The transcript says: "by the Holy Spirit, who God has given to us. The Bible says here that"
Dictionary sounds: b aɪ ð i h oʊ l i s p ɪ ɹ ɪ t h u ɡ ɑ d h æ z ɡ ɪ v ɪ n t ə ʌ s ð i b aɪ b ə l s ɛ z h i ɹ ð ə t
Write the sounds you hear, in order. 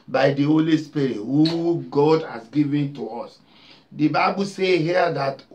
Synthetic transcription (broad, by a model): b aɪ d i h oʊ l i s p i ɹ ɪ t h u ɡ ɑ d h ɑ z ɡ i v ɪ n t ə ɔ s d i b aɪ b ə l s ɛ h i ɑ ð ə t